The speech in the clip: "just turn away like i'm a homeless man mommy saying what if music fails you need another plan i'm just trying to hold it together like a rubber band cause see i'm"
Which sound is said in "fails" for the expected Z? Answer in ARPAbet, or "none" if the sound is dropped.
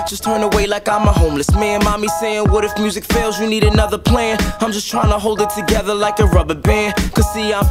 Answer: Z